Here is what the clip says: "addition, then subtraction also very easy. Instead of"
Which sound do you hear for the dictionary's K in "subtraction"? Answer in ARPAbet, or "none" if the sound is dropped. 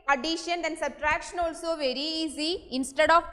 K